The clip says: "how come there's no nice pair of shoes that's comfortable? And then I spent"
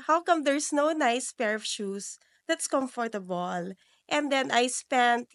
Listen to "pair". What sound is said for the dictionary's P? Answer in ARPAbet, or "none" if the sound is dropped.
P